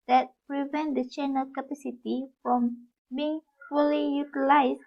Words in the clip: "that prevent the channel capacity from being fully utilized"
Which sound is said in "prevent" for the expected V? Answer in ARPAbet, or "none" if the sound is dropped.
V